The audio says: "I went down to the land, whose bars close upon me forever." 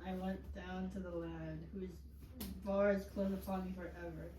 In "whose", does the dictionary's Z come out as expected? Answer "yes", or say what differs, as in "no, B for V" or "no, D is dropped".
yes